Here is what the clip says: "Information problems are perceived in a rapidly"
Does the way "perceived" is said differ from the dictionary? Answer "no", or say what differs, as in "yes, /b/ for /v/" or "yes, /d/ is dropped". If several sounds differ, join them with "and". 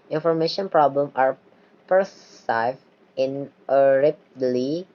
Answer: yes, /d/ is dropped